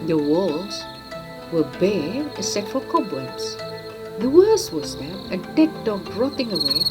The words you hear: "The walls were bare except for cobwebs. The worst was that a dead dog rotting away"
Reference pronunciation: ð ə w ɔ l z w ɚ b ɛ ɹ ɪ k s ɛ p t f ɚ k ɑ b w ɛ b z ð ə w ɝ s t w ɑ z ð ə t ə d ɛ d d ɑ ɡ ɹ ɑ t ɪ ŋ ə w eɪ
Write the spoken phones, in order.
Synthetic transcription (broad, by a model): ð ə w ɔ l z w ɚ b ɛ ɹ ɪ s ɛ t f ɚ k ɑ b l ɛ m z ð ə w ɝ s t w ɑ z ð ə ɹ ə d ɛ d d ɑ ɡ ɹ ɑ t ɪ ŋ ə w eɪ